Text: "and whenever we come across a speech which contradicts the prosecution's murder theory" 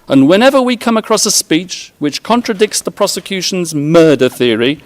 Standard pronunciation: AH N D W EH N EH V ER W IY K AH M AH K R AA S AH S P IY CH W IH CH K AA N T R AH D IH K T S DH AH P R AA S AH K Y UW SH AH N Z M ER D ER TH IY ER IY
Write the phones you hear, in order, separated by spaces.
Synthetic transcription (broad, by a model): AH N W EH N EH V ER W IY K AH M AH K R AA S AH S P IY CH W IH CH K AA N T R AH D IH K T S DH AH P R AA S AH K Y UW SH AH N Z M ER D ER TH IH ER IY